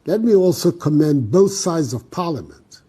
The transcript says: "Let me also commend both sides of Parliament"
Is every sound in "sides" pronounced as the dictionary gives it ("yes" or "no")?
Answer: yes